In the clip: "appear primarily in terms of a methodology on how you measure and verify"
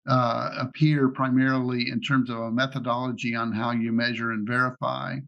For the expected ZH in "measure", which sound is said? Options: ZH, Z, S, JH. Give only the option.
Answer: ZH